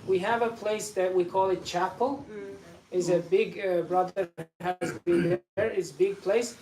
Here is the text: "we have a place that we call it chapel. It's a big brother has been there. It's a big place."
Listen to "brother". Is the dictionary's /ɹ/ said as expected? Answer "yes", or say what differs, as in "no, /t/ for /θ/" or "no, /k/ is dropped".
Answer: yes